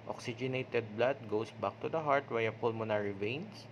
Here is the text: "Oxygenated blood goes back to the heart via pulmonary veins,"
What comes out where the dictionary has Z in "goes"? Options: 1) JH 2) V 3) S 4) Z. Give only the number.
3